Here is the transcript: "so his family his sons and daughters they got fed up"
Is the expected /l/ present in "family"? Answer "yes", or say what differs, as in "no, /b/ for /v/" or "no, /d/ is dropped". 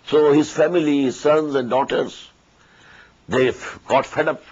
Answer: no, /l/ is dropped